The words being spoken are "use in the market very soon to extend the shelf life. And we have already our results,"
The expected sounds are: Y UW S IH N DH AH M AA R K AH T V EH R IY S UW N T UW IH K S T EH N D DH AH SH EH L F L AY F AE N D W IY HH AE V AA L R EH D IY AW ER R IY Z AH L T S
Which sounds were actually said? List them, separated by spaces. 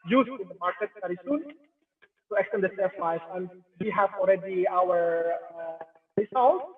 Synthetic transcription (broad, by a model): Y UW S IH N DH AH M AA R K AH T V EH R IY S UW N T UW IH K S T EH N D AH S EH F AY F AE N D W IY HH AE V AA L R EH D IY AW ER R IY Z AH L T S